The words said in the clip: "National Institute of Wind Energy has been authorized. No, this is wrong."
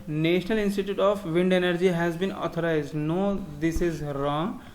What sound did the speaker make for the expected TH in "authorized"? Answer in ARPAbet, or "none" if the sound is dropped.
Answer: T